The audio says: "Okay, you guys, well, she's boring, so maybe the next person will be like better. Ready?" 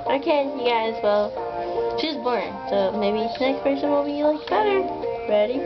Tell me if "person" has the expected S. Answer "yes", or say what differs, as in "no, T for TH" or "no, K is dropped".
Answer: no, SH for S